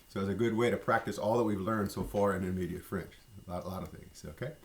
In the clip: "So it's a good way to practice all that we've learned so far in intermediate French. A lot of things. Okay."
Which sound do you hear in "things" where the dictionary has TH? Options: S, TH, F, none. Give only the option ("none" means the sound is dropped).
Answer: TH